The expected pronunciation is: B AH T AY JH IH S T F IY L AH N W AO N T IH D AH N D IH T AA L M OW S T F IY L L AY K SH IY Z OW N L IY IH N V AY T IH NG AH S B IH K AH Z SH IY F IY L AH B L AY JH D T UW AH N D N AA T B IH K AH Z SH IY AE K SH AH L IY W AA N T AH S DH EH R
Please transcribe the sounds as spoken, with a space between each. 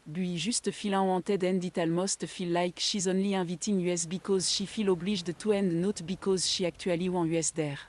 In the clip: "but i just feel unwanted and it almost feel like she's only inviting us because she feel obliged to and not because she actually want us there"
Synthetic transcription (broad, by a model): B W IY ZH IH S T F IY L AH W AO T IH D AH N D IH T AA L M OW S T F IY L L AY K SH IY Z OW N L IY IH V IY T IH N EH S B IH K AH Z SH IY F IY L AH B L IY ZH D T UW AH N D N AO T B IH K AH Z SH IY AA K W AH L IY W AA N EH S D EH R